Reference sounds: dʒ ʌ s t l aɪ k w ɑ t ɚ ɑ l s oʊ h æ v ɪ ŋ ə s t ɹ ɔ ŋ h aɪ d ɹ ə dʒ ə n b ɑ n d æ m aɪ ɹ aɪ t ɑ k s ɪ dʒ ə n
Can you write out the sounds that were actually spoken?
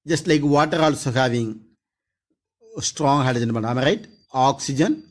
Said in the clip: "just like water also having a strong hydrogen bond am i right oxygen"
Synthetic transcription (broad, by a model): dʒ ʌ s t l aɪ k w ɑ t ɚ ɑ l s oʊ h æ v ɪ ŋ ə s t ɹ ɔ ŋ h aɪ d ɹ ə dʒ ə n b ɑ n ɑ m ɹ aɪ t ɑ k s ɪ dʒ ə n